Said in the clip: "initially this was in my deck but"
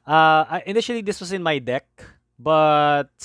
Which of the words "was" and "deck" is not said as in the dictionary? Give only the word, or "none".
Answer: was